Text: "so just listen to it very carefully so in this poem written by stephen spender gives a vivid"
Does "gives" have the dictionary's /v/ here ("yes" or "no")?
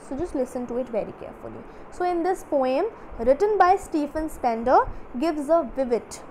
yes